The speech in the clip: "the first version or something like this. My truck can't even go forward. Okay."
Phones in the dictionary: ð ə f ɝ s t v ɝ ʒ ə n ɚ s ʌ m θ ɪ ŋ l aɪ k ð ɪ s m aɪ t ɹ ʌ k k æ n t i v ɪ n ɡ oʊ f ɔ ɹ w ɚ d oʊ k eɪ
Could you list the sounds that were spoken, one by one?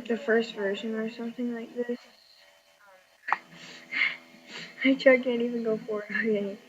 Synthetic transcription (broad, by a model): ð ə f ɝ s t v ɝ ʒ ə n ɚ s ʌ m θ ɪ ŋ l aɪ k ð ɪ s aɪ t ʌ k k æ n t i v ɪ n ɡ oʊ f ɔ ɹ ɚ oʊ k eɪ